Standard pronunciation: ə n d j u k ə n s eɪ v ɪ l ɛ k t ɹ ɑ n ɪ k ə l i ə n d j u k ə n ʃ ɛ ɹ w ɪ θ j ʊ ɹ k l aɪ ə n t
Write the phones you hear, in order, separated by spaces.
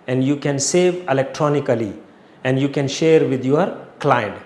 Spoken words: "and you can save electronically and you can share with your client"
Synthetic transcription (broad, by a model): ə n d j u k ə n s eɪ v ɪ l ɛ k t ɹ ɑ n ɪ k ə l i ə n d j u k ə n ʃ ɛ ɹ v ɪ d j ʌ ɹ k l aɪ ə n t